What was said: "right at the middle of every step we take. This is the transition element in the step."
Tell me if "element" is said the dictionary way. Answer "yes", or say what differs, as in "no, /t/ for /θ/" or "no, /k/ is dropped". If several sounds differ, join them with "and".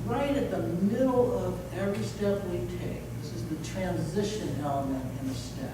no, /t/ is dropped